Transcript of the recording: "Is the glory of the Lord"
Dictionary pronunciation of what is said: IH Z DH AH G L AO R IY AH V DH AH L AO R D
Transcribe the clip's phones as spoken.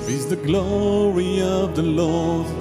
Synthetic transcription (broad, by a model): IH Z DH AH G L AO R IY AH V DH AH L AO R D